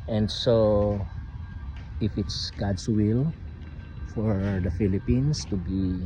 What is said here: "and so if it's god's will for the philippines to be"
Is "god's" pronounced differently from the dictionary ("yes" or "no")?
yes